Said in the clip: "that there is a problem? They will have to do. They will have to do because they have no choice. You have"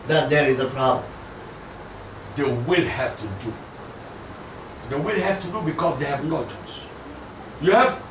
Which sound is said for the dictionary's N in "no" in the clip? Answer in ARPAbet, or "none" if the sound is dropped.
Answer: L